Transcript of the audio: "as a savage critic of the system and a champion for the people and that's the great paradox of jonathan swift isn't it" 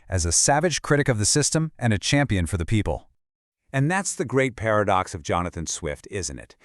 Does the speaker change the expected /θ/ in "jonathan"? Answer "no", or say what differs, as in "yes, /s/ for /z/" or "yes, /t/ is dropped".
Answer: no